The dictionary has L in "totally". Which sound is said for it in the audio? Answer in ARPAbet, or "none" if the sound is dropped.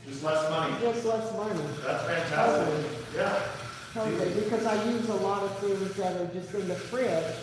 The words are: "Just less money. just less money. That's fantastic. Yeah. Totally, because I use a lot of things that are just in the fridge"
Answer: none